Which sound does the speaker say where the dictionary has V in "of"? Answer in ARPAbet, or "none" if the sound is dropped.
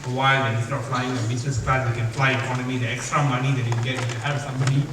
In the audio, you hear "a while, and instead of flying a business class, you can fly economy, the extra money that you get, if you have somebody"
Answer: P